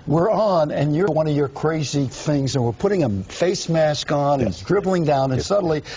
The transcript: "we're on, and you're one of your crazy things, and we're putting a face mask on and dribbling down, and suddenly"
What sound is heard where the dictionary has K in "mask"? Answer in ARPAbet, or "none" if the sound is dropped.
K